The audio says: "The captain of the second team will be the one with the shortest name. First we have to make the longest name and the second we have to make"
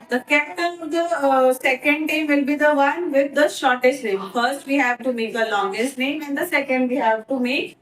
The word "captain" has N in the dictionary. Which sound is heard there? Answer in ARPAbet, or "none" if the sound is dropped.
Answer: L